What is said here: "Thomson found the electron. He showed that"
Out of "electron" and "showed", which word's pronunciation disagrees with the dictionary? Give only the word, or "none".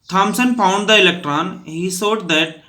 showed